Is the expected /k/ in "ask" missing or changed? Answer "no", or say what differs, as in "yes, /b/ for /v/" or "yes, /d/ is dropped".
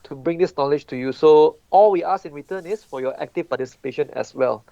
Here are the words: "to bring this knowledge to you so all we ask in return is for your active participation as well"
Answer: yes, /k/ is dropped